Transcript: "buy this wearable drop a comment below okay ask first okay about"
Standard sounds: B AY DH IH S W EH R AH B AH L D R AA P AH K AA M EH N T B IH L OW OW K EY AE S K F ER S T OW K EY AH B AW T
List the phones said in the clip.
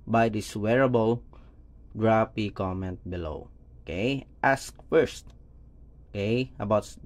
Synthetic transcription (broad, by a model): B AY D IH S W EH R AH B AH L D R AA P AH K AA M EH N T B IH L OW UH K EY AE S K F ER S T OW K EY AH B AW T